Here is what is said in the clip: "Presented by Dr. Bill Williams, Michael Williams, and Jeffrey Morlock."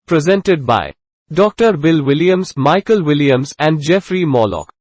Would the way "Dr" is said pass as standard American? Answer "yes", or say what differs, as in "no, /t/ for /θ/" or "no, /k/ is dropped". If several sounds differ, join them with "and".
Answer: yes